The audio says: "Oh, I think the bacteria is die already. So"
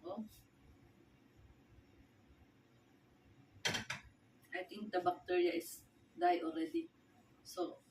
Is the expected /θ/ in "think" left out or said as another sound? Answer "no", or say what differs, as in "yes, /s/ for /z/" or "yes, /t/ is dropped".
yes, /t/ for /θ/